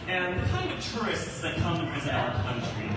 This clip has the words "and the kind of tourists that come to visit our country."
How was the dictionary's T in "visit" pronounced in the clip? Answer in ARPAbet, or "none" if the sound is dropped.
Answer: none